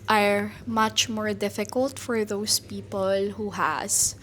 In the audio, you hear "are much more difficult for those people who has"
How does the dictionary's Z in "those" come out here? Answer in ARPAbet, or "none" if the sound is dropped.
S